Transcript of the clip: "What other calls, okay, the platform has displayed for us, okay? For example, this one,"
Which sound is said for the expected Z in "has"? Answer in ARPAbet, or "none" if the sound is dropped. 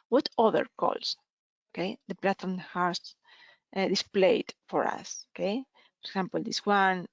S